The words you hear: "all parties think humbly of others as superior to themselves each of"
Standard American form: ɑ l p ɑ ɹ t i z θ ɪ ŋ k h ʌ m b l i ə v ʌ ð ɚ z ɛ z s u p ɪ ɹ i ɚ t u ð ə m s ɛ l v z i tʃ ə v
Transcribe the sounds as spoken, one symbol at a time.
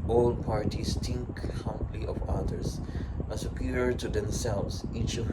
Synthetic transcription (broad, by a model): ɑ l p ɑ ɹ t i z t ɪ ŋ k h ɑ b l i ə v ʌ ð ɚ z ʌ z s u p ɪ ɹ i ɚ t u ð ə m s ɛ l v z i tʃ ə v